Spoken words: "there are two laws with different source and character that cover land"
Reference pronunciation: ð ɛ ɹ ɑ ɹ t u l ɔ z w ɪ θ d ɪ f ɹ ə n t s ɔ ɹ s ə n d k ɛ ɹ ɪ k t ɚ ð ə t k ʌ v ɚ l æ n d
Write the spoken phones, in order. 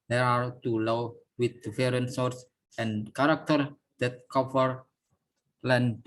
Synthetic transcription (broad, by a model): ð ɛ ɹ ɑ ɹ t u l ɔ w w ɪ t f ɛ ɹ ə n s ɔ ɹ s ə n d k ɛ ɹ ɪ k t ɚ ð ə t k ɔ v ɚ l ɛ n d